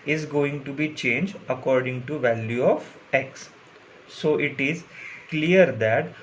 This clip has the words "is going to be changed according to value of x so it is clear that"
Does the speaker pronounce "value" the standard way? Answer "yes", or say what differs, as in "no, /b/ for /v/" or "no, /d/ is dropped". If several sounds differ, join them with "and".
yes